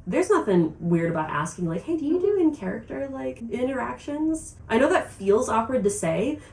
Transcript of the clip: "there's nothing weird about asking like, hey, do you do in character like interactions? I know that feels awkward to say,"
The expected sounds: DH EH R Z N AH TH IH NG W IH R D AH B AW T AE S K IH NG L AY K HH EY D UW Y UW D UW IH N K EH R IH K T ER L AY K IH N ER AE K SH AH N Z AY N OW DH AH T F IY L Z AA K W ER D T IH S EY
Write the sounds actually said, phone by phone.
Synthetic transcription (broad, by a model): DH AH R Z N AH TH IH NG W IH R D AH B AW T AE S K IH NG L AY K HH EY D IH Y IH D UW IH N K EH R IH K T ER L AY K IH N ER AE K SH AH N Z AY N OW DH AH T F IY L Z AA K W ER D T IH S EY